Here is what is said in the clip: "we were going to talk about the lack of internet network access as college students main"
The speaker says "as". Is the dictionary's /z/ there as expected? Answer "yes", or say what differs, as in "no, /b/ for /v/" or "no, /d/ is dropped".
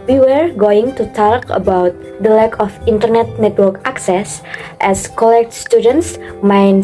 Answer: no, /s/ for /z/